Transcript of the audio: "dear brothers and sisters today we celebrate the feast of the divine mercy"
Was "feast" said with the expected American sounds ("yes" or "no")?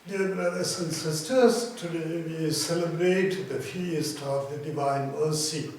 yes